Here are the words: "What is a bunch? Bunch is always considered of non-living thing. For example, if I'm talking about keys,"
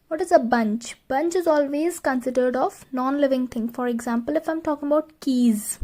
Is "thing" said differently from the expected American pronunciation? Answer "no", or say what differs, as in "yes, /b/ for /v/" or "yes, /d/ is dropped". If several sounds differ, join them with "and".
yes, /t/ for /θ/